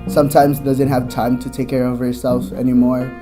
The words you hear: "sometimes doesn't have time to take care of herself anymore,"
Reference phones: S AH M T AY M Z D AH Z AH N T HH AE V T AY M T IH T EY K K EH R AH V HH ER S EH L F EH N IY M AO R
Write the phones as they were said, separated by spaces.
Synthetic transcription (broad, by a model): S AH M T AY M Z D AH Z AH N T HH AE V T AY M T IH T EY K K EH R AH V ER S EH L F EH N IY M AO R